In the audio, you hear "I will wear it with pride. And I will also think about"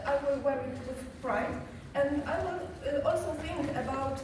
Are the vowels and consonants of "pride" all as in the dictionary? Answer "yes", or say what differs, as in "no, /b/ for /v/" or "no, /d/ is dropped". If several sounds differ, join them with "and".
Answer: no, /f/ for /p/